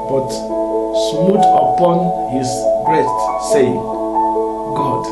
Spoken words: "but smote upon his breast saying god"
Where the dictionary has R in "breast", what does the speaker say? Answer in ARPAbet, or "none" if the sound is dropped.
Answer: R